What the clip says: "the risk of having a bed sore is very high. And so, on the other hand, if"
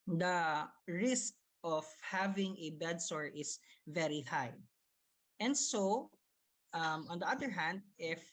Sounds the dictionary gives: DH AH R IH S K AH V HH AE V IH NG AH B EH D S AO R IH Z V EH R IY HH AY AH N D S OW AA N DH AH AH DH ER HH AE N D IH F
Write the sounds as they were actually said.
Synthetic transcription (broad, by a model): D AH R IH S K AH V HH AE V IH NG AH B EH D S AO R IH S V EH R IY HH AY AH N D S OW AA N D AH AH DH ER HH AE N D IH F